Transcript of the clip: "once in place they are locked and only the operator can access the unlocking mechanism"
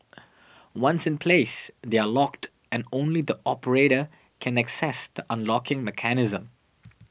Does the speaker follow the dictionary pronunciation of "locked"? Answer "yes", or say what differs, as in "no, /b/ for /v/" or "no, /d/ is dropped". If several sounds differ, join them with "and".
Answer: yes